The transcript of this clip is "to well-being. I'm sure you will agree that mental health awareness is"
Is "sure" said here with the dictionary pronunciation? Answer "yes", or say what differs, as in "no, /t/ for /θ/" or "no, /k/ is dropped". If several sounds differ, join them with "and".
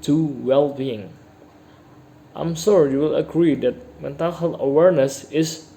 no, /s/ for /ʃ/